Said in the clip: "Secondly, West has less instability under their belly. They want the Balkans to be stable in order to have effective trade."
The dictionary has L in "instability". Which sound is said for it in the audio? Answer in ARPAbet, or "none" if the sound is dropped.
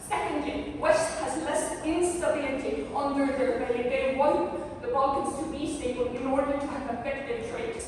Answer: none